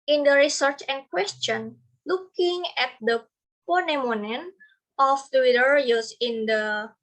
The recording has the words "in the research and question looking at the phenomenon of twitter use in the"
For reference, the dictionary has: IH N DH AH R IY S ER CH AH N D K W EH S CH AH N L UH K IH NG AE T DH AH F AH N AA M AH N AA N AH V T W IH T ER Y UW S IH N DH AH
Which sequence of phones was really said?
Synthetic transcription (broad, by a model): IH N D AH R IY S ER CH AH N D K W EH S CH AH N L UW K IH NG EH T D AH P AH N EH M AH N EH N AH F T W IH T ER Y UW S IH N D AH